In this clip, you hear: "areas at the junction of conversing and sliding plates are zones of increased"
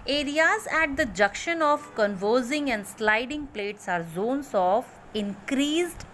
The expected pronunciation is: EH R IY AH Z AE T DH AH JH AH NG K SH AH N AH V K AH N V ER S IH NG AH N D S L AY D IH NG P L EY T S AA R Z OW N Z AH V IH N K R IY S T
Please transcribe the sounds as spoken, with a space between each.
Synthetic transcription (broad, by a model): EH R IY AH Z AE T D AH JH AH K SH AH N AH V K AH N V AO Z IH NG AH N D S L AY D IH NG P L EY T S AA R Z OW N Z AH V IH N K R IY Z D